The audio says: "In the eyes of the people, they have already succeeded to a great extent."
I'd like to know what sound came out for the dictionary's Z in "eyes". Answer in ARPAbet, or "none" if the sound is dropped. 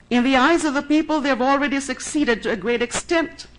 Z